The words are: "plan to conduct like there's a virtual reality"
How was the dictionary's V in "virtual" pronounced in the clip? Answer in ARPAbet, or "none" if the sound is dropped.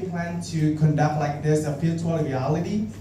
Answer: P